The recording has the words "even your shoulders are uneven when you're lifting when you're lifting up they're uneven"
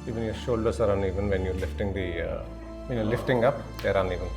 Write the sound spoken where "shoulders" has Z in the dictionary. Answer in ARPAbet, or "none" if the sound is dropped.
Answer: S